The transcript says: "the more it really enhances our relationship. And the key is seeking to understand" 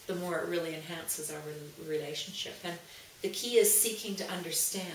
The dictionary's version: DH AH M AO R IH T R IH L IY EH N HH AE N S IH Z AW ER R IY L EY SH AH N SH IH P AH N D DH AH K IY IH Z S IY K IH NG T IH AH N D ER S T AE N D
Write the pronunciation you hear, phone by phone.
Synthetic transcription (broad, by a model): DH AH M AO R IH T R IH L IY EH N HH AE N S IH Z AW ER R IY L EY SH N SH IH P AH N DH AH K IY IH Z S IY K IH NG T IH AH N D ER S T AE